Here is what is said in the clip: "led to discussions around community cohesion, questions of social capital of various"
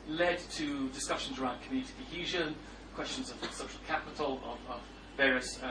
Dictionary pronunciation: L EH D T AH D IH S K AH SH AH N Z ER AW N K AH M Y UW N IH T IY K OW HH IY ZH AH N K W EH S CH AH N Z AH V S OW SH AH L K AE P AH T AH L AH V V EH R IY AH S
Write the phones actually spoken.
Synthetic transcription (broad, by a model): L EH D T AH D IH S K AH SH AH N Z ER AW N K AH M Y UW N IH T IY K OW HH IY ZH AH N K W EH S CH AH N Z AH V S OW SH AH L K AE P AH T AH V AH V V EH R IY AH S